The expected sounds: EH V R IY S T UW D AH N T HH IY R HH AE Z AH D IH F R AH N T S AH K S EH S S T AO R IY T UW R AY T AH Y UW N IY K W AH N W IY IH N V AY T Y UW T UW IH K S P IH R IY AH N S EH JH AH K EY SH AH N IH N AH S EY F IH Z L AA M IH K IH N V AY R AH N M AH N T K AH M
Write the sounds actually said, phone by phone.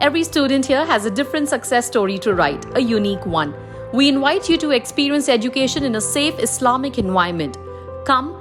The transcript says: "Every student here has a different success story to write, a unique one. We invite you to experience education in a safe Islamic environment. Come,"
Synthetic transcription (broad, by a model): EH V R IY S T UW D AH N T HH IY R HH AE Z AH D IH F R AH N T S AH K S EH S S T AO R IY T UW R AY T AH Y UW N IY K W AH N W IY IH N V AY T Y UW T UW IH K S P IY R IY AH N S EH JH AH K EY SH AH N IH N AH S EY F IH S L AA M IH K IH N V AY AH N M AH N T K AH M